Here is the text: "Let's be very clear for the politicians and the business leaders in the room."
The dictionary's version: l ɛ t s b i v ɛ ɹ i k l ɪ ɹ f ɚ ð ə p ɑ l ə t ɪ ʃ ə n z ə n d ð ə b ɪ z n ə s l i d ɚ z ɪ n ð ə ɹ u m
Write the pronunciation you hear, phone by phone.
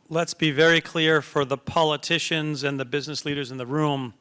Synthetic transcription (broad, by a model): l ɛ t s b i v ɛ ɹ i k l ɪ ɹ f ɚ ð ə p ɑ l ə t ɪ ʃ ə n z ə n ð ə b ɪ z n ə s l i d ɚ z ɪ n ð ə ɹ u m